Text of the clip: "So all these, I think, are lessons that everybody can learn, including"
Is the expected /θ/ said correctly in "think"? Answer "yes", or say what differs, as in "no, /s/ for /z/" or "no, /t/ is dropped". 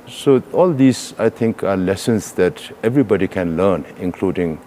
no, /t/ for /θ/